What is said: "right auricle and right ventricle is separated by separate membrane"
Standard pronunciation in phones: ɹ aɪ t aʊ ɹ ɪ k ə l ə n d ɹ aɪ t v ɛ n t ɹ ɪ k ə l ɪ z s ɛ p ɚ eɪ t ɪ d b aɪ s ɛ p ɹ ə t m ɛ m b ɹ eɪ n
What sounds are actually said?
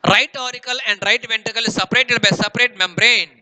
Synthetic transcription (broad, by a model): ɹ aɪ t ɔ ɹ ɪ k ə l ə n d ɹ aɪ t v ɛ n t ɪ k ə l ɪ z s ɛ p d eɪ t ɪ d b aɪ s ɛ p ɹ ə t m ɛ m b ɹ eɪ n